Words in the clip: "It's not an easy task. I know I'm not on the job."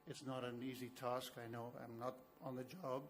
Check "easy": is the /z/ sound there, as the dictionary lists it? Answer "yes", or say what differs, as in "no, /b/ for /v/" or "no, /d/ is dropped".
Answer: yes